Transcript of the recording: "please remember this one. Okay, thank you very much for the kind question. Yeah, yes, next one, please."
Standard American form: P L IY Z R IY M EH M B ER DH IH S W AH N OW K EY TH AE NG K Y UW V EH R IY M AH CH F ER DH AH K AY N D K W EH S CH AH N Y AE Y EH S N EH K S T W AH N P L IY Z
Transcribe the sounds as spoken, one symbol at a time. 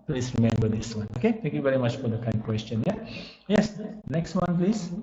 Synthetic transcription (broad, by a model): P L IY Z R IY M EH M B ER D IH S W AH N OW K EY T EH NG K Y UW V EH R IY M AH CH F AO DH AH K AY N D K W EH S CH AH N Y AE Y EH S N EH K S T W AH N P L IY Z